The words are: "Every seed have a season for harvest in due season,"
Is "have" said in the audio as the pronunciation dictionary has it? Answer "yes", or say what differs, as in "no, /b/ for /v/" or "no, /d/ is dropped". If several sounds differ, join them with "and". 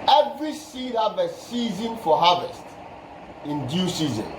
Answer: no, /b/ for /v/